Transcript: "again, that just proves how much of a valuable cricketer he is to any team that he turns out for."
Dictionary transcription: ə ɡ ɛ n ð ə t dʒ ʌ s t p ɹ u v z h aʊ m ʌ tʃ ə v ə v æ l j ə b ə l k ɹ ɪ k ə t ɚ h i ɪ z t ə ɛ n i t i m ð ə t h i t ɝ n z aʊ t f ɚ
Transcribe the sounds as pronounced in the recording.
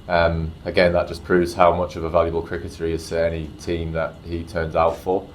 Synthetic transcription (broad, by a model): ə ɡ ɛ n ð ə t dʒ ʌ s p ɹ u v z h aʊ m ʌ tʃ ə v ə v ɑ l j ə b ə l k ɹ ɪ k ə t ɚ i ɪ z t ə ɛ n i t i m ð ə t h i t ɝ n z aʊ t f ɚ